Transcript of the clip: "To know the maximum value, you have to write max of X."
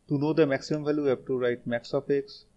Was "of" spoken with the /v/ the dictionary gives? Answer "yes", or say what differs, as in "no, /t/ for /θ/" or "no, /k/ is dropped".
no, /p/ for /v/